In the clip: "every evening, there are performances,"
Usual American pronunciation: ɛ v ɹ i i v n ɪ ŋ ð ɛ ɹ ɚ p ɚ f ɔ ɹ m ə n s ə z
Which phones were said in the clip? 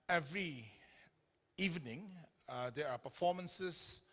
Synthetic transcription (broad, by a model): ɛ v ɹ i i v n ɪ ŋ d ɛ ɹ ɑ p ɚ f ɔ m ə n s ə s